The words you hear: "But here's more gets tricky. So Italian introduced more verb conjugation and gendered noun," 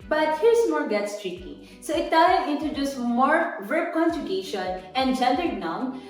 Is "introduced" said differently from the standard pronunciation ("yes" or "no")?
yes